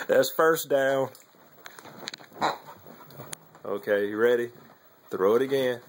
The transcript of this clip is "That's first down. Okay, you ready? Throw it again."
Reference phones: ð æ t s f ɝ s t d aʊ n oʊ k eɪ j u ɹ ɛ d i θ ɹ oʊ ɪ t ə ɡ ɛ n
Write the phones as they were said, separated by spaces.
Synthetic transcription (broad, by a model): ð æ t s f ɝ s d aʊ n oʊ k eɪ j ɹ ɛ d i θ ɹ oʊ ɪ t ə ɡ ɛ n